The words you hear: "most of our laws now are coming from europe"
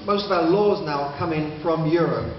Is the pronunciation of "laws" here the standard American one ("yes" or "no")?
yes